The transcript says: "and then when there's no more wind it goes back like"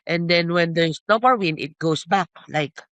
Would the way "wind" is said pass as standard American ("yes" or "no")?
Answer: no